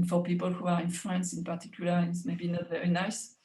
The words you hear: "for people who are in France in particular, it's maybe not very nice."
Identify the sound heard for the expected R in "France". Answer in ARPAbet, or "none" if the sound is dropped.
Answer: L